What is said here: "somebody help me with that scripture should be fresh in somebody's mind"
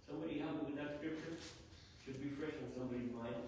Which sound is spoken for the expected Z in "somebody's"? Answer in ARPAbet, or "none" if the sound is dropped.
none